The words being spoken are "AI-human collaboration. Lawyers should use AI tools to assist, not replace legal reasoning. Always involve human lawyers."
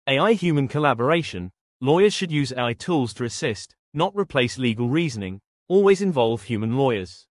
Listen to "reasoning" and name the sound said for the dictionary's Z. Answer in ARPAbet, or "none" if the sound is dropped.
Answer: Z